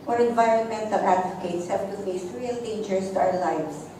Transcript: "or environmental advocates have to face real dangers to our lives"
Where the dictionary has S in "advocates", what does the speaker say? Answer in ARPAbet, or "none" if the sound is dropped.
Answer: S